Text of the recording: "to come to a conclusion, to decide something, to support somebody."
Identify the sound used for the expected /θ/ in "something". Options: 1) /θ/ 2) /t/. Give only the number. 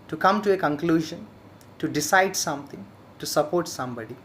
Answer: 2